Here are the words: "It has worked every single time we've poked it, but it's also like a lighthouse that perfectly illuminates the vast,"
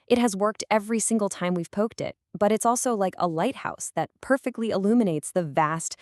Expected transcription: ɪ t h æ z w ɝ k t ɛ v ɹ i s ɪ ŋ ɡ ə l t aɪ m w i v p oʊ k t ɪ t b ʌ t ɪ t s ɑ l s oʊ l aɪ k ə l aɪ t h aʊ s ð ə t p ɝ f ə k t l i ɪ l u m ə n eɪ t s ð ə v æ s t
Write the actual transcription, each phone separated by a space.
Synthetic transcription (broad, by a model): ɪ t h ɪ z w ɝ k t ɛ v ɹ i s ɪ ŋ ɡ l t aɪ m w i v p oʊ k t ɪ t b ʌ t ɪ t s ɑ l s oʊ l aɪ k ə l aɪ t h aʊ s ð ə t p ɝ f ə k t l i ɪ l u m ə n eɪ t s ð ə v æ s t